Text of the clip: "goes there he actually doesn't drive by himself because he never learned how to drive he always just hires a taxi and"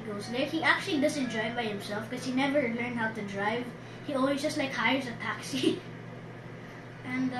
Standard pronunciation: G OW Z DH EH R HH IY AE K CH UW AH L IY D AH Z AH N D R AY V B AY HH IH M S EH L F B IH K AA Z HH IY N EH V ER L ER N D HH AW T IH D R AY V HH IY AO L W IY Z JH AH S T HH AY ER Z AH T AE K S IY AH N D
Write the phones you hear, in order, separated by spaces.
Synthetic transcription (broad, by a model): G OW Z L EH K HH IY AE K CH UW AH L IY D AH S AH N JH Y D B AY HH IH M S EH L F K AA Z HH IY N EH V ER L ER N D HH AW T IH D R AY V HH IY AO N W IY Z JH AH S T HH AY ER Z AH T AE K S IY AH N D